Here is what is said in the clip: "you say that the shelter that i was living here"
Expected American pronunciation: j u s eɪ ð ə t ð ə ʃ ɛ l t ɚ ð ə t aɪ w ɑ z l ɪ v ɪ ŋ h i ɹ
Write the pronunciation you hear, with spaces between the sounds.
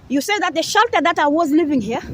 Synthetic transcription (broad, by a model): j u s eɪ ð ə t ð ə ʃ ɛ l t ɚ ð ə t aɪ w ɑ z l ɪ v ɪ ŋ h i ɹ